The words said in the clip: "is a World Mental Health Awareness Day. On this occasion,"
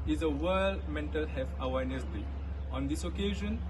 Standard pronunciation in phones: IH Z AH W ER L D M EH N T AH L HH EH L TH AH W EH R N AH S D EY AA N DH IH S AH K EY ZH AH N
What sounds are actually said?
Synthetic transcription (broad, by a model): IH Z AH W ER L D M EH N T AH L HH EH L F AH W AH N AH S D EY AA N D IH S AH K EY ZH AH N